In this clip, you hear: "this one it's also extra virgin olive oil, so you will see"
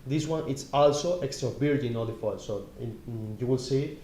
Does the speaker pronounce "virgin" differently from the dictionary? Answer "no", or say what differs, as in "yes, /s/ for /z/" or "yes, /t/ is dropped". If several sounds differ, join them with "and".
yes, /b/ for /v/